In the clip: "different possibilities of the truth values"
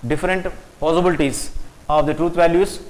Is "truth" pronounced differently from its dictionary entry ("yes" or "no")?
yes